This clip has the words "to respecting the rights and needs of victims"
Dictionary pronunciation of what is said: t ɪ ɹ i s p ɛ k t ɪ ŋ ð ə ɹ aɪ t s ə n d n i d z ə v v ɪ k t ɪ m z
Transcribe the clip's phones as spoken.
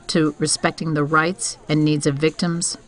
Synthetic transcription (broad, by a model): t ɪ ɹ i s p ɛ k t ɪ ŋ ð ə ɹ aɪ t s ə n n i d z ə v v ɪ k t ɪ m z